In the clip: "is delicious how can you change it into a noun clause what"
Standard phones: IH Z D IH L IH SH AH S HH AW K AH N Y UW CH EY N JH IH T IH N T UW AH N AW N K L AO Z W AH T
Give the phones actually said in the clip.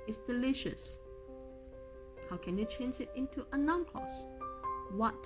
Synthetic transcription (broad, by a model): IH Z D IH L IH SH AH S HH AW K AH N Y UW CH EY N JH IH T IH N T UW AH N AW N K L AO S W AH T